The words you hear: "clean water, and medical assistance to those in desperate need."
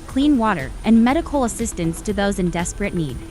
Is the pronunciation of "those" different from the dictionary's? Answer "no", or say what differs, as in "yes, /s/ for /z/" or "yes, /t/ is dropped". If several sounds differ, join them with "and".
no